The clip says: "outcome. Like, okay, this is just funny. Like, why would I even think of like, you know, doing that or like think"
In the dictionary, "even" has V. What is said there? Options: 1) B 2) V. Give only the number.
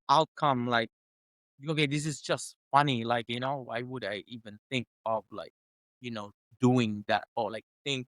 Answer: 2